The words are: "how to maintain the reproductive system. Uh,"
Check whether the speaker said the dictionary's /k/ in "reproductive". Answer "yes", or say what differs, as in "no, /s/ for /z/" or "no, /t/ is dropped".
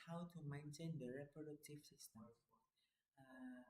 no, /k/ is dropped